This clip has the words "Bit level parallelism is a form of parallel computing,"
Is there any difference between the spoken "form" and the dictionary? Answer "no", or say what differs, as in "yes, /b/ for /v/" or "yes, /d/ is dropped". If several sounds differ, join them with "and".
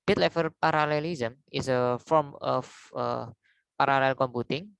no